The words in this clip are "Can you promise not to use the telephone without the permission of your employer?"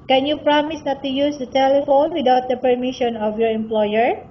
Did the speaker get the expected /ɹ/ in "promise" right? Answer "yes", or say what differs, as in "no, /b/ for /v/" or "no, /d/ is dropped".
yes